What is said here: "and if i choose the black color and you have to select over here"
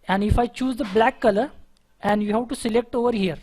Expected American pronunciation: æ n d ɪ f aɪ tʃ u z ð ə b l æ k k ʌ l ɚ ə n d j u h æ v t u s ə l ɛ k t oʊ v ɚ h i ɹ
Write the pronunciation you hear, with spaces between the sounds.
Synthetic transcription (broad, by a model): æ n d ɪ f aɪ tʃ u z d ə b l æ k k ʌ l ɚ ə n d j u h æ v t u s ə l ɛ k t oʊ v ɚ h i ɹ